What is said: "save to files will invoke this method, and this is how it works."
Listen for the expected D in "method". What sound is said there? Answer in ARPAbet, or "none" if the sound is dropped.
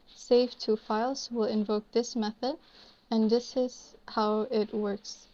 D